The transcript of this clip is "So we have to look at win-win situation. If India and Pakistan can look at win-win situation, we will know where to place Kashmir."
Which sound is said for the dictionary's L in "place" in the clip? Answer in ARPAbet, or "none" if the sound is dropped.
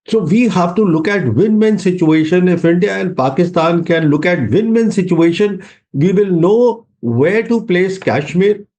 L